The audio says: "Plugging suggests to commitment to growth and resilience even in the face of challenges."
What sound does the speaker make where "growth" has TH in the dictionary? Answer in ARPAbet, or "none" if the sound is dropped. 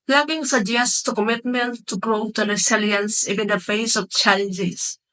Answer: T